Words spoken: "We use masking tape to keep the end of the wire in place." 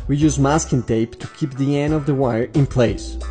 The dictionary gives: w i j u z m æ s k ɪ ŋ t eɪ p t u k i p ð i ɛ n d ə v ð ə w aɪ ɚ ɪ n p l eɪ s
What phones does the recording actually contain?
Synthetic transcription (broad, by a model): w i j u z m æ s k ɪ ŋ t eɪ p t u k i p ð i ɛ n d ə v ð ə w aɪ ɚ ɪ n p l eɪ s